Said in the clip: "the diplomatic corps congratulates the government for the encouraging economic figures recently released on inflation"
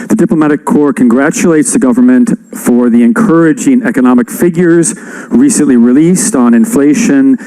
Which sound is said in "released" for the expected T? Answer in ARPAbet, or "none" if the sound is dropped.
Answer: T